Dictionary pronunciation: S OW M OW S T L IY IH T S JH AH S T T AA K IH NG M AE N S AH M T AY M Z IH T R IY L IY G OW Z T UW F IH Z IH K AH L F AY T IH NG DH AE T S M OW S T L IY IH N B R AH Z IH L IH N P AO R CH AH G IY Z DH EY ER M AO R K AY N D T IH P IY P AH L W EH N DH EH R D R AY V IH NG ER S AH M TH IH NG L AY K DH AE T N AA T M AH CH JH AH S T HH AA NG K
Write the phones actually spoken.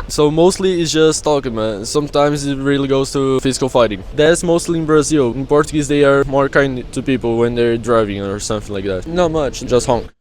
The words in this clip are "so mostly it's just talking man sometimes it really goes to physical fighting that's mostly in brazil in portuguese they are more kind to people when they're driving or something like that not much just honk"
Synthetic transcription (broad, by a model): S OW M OW S T L IY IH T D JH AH S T T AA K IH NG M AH S AH M T AY M Z IH T R IY L IY G OW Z T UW F IH Z IH K AH L F AY T IH NG DH AE T S M OW S T L IY IH N B R AH Z IH L IH N P AO R CH AH G IY Z DH EY ER M AO R K AY N D T IH P IY P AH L W EH N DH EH R D R AY V IH NG ER S AH M TH IH NG L AY K DH AE T N AA T M AH CH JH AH S T HH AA NG K